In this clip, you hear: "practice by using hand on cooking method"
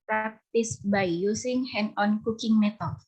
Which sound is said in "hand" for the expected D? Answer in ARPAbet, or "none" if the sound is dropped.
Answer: none